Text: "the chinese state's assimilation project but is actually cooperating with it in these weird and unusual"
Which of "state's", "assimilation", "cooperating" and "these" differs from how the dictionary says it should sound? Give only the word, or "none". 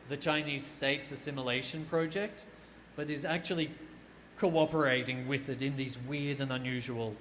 none